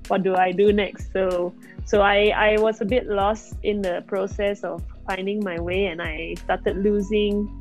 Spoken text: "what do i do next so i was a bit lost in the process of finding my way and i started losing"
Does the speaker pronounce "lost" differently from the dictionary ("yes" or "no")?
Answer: no